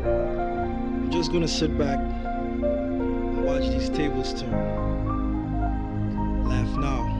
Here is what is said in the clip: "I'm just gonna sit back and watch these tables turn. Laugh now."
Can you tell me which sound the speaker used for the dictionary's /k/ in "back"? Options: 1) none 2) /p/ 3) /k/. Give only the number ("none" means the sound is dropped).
3